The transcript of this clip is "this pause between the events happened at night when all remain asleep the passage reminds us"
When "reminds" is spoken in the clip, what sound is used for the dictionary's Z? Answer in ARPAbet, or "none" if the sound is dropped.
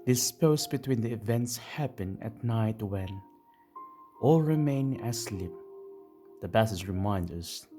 none